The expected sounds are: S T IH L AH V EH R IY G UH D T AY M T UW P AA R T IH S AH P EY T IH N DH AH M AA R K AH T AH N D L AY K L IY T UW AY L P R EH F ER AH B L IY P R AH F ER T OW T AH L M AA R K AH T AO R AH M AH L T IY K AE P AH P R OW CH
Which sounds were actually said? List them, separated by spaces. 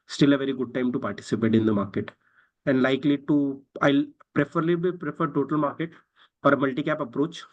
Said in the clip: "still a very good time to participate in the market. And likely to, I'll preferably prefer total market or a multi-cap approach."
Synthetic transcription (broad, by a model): S T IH L AH V EH R IY G UH D T AY M T UW P AA R T IH S AH P EY T IH N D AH M AA R K AH T AH N D L AY K L IY T UW AY L P R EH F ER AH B IY P R AH F ER T OW T AH L M AA R K AH T AO R AH M AH L T IY K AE P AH P R OW CH